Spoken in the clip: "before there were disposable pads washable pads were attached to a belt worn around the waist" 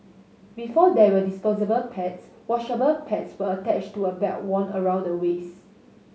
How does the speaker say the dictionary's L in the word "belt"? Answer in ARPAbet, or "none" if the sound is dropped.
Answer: none